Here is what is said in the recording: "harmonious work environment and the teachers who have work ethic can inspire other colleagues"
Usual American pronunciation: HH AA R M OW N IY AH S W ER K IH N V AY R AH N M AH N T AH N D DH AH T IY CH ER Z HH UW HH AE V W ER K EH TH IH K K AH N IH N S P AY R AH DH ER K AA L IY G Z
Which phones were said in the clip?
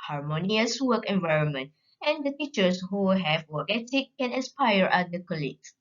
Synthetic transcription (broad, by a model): HH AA R M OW N IY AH S W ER K IH N V AY R AH N M AH N T AH N D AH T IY CH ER S HH UW HH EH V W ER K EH T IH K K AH N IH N S P AY R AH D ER K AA L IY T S